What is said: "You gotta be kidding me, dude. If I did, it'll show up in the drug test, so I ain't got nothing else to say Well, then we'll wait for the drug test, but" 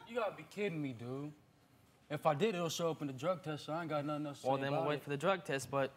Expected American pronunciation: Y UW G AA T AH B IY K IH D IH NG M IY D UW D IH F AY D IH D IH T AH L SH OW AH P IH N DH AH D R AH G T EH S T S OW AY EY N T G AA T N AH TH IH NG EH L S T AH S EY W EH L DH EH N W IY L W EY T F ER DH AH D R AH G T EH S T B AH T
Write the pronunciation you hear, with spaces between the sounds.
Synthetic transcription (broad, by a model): Y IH G AA T AH B IY K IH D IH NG M IY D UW IH F AY D IH D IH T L S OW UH P IH N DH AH D R AH G T EH S T S OW AY G AA T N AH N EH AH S W EH L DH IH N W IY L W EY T F ER DH AH D R AH G T EH S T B AH T